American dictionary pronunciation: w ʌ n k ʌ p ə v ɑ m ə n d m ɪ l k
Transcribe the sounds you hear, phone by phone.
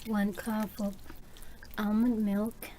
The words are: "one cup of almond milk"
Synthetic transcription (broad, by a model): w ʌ n k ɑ f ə p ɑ m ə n m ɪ l k